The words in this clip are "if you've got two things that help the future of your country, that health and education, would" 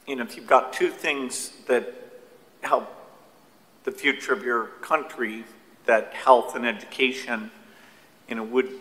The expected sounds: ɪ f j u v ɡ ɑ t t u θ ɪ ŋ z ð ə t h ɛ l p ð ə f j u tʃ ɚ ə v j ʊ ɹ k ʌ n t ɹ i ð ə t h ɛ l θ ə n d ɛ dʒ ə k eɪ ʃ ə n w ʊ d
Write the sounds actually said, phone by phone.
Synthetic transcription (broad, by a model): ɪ f j u v ɡ ɑ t t u θ ɪ ŋ z ð ə t h ɛ l p ð ə f j u tʃ ɚ ə v j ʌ ɹ k ʌ n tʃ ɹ i ð ə t h ɛ l θ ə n ɛ dʒ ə k eɪ ʃ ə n w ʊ d